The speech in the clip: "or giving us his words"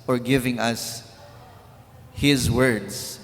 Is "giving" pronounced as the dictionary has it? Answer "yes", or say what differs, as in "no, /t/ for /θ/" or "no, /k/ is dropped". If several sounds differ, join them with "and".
yes